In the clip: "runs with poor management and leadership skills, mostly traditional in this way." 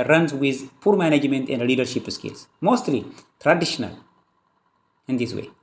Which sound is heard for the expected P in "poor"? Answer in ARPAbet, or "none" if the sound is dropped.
P